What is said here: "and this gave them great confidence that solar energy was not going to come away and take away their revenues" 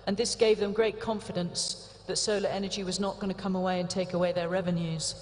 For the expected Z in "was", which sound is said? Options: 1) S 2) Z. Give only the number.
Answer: 2